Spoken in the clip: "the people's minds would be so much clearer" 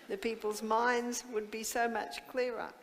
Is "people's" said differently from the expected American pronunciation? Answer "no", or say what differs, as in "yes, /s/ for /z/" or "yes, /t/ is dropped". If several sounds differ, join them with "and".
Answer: no